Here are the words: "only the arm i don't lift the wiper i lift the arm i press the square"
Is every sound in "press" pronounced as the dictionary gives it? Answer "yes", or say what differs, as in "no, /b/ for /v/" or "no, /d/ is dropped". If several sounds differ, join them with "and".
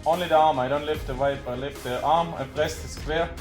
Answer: no, /l/ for /ɹ/